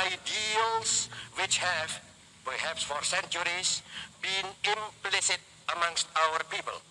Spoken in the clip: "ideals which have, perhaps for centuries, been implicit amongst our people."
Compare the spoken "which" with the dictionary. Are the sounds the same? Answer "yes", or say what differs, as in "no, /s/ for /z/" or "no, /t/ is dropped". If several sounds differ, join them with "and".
yes